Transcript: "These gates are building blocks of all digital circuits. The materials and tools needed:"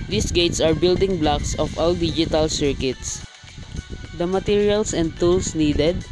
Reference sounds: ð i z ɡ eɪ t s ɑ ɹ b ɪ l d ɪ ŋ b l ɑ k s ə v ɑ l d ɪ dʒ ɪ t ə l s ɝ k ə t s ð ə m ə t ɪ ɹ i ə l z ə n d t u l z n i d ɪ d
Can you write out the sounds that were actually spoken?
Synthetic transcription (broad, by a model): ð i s ɡ eɪ t s ɑ ɹ b ɪ l d ɪ ŋ b l ɑ k s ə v ɑ l d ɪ dʒ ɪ t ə l s ɝ k ə t s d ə m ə t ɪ ɹ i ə l s ə n d t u l s n i d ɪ d